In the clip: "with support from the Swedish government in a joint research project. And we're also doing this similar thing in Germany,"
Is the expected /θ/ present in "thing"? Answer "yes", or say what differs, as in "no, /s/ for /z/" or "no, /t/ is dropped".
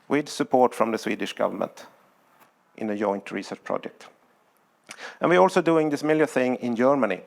yes